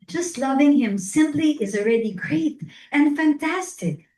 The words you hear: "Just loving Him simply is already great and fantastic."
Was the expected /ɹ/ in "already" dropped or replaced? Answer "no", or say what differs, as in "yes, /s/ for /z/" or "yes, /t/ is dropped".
no